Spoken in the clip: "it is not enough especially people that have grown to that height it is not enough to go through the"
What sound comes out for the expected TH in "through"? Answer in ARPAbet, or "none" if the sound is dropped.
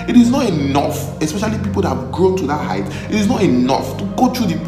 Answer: T